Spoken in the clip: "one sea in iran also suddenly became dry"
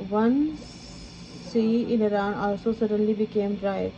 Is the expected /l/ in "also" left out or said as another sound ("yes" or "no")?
yes